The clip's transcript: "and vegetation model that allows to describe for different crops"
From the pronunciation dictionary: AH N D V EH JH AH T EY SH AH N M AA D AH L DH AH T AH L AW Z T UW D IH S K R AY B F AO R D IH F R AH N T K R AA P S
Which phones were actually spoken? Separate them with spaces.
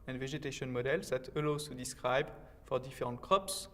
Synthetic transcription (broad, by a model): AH N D V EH ZH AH T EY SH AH N M AA D AH L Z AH T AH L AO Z T UW D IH S K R AY B F AO R D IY F R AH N T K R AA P S